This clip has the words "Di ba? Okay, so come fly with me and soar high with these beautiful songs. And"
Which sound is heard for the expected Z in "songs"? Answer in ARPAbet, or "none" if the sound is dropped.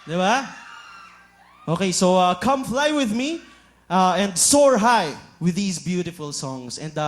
S